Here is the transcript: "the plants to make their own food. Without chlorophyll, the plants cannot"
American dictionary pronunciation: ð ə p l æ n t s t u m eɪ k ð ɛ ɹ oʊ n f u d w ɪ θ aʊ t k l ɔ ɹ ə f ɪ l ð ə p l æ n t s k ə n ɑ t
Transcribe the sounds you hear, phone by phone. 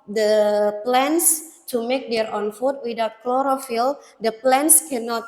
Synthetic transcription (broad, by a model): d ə p l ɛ n s t u m eɪ k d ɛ ɹ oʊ n f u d w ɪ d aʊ t k l ɔ ɹ ə f ɪ l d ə p l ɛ n s k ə n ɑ t